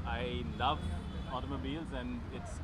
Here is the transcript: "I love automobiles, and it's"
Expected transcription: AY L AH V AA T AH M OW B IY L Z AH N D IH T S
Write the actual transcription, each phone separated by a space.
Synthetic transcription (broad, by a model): AY L AH V AA T AH M OW B IY L Z AH N D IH T S